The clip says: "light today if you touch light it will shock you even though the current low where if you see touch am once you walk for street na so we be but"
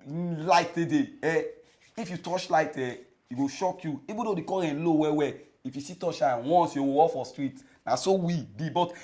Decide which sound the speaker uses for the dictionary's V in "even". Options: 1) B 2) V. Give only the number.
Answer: 1